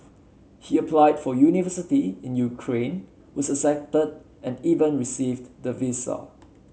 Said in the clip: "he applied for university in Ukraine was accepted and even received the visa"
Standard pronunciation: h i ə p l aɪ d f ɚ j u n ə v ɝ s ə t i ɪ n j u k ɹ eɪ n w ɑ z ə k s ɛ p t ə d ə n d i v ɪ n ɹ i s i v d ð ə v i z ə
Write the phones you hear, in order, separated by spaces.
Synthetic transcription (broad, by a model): h i ə p l aɪ d f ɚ j u n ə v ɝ s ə t i ɪ n j u k ɹ eɪ n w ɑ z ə s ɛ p t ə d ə n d i v ɪ n ɹ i s i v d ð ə v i s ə